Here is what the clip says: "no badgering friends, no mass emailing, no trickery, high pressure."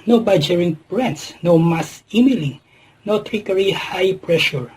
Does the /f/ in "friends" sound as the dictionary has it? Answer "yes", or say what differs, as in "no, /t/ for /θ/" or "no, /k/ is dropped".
no, /p/ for /f/